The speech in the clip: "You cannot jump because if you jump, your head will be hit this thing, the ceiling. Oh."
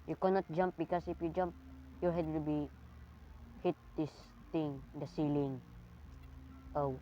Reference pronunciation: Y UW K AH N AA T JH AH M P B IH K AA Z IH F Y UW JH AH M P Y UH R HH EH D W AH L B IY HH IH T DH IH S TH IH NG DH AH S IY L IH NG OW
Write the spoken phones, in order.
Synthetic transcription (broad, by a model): Y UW K AH N AA T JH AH M P B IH K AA S IH F Y UW JH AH M P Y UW HH EH D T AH B IY HH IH T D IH S T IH NG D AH S IY L IH NG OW